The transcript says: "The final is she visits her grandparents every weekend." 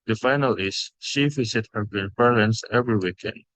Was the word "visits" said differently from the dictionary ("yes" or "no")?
yes